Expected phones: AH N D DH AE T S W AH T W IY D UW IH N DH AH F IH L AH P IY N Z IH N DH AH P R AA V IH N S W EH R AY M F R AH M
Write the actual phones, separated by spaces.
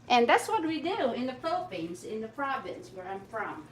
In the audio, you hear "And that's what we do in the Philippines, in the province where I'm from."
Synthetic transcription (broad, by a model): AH N DH AE T S W AH T W IY D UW IH N DH AH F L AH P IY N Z IH N DH AH P R AA V IH N S W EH R AY M F R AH M